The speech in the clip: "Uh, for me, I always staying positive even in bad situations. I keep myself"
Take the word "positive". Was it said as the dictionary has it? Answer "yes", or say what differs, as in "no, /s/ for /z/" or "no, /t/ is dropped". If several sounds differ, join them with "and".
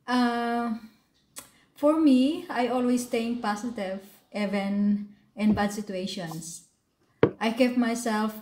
no, /s/ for /z/